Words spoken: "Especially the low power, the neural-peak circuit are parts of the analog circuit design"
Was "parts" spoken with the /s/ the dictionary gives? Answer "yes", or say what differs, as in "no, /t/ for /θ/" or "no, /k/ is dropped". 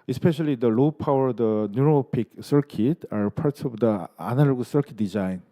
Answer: no, /s/ is dropped